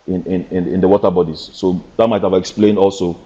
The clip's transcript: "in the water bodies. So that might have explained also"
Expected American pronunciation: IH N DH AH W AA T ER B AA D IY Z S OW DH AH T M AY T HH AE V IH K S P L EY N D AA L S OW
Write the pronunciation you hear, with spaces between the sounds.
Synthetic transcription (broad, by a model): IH N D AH W AA T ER B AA D IY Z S OW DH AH T M AY T HH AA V IH K S P L EY N D AA L S OW